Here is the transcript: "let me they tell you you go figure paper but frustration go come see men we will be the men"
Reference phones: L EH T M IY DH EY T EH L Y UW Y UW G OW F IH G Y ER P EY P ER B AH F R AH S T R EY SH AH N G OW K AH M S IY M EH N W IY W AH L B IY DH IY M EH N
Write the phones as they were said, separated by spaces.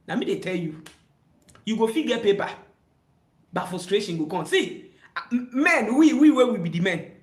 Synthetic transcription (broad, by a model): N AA M IY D EY T EH L Y UW Y UW G OW F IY G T P EY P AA B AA F AH S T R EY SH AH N G OW K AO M S IY M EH N W IY W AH W B IY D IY M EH N